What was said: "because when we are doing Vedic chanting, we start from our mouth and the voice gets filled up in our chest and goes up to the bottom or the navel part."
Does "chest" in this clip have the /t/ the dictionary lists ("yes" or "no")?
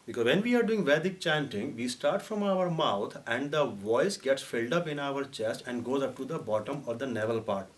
yes